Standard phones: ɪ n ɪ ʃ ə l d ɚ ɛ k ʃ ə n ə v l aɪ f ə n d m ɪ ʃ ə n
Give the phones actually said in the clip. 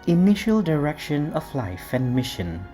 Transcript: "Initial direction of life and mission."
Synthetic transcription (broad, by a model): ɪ n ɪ ʃ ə l d ɚ ɛ k ʃ ə n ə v l aɪ f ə n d m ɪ ʃ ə n